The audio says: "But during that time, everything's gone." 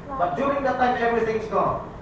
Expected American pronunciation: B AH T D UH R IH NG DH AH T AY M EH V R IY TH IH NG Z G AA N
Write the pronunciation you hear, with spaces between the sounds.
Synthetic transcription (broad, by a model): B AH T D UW IH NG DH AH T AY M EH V R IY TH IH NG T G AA